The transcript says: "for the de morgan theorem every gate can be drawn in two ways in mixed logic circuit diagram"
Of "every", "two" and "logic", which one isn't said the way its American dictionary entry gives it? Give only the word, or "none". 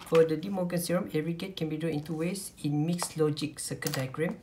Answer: every